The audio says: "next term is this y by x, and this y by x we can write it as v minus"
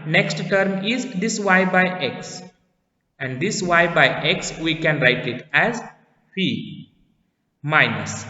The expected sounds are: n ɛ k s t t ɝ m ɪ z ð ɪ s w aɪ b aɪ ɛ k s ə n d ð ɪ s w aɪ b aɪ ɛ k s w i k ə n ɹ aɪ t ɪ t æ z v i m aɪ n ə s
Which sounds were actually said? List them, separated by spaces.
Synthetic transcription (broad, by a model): n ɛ k s t t ɝ m ɪ z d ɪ s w aɪ b aɪ ɛ k s ə n d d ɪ s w aɪ b aɪ ɛ k s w i k ə n ɹ aɪ t ɪ t æ z f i m aɪ n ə s